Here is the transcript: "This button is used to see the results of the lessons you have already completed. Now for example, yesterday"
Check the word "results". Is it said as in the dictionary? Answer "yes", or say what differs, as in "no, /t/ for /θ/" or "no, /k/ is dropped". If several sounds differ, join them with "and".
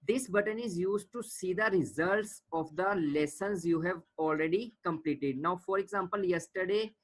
yes